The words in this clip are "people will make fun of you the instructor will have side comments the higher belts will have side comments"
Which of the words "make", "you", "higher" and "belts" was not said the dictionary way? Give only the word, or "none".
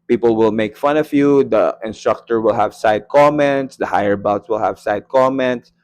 belts